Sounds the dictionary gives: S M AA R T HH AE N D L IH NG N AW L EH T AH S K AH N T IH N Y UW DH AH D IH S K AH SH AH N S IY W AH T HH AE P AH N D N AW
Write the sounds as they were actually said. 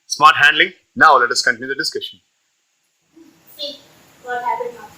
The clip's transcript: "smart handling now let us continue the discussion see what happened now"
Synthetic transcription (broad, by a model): S M AA R T HH AE N D L IH NG N AW L EH T AH S K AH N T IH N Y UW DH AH D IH S K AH SH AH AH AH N N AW